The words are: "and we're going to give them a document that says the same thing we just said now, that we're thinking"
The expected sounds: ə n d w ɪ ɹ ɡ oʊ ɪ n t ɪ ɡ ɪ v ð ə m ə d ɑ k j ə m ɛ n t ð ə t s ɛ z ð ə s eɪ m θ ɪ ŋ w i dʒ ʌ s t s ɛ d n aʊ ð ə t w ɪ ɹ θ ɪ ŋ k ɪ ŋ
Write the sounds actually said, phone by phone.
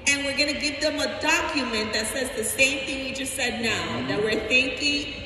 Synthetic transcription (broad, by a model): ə n w ɪ ɹ ɡ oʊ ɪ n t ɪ ɡ ɪ v ð ə m ə d ɑ k j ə m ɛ n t ð ə t s ɛ z ð ə s eɪ m θ ɪ ŋ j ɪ dʒ ʌ s t s ɛ d n aʊ ð ə t w ɪ ɹ θ ɪ ŋ k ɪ ŋ